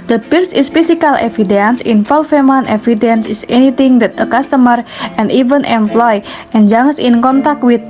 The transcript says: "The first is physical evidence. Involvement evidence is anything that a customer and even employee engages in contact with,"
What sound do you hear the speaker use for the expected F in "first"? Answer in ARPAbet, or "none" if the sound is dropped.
P